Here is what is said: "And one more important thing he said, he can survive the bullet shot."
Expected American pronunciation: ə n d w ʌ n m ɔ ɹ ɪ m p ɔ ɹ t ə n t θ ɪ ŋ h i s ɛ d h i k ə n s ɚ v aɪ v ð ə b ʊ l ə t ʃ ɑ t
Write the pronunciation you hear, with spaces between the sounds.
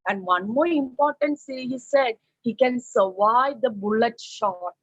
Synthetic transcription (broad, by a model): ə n d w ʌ n m ɔ ɹ ɪ m p ɔ ɹ t ə n t s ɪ h i s ɛ d h i k ə n s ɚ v aɪ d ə b ʊ l ə t ʃ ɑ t